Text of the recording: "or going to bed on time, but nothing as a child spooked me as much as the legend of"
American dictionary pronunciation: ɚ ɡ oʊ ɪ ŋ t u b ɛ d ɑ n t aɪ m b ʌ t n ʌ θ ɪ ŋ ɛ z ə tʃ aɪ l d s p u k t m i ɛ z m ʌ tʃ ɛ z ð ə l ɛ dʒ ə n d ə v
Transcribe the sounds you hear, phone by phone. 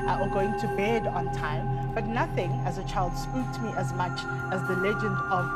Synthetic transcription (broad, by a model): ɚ ɡ oʊ ɪ ŋ t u b ɛ d ɑ n t aɪ m b ʌ t n ʌ θ ɪ ŋ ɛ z ə tʃ aɪ l d s p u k t m i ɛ z m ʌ tʃ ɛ z ð ə l ɛ dʒ ə n d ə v